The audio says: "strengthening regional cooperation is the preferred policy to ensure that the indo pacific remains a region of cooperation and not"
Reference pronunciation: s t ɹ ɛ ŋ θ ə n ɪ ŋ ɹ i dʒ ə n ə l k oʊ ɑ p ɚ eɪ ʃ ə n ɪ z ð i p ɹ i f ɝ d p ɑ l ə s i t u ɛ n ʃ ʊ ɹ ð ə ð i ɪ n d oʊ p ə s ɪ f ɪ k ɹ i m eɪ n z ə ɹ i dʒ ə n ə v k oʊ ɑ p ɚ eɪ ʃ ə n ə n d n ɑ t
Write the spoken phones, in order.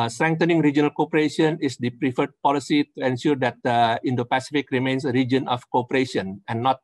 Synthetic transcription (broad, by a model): s t ɹ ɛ ŋ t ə n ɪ ŋ ɹ i dʒ ə n ə l k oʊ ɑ p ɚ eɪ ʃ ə n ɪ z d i p ɹ i f ɝ d p ɑ l ə s i t u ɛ n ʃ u ɹ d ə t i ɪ n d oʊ p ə s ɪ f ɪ k ɹ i m eɪ n s ə ɹ i dʒ ə n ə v k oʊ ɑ p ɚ eɪ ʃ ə n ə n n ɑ t